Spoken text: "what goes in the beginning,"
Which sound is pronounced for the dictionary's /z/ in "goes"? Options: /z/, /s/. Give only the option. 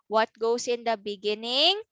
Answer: /s/